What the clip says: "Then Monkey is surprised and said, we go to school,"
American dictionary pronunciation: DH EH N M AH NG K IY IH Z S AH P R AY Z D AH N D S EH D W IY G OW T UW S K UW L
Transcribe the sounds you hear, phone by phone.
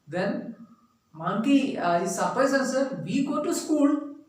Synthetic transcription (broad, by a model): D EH N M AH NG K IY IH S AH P AY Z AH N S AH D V IY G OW T UW S K UW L